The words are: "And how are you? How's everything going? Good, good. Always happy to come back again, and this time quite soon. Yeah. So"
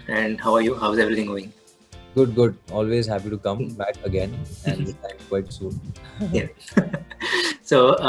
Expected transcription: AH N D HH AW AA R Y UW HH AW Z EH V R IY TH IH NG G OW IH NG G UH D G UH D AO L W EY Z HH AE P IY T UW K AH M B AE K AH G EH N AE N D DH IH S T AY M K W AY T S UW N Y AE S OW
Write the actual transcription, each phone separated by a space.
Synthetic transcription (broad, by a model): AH N D HH AW AA R Y UW HH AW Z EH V R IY T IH NG G OW IH NG G UH D G UH D AO L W EY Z HH AE P IY T UW K AH M B AE K AH G EH N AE N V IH T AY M K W AY T S UW N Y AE S OW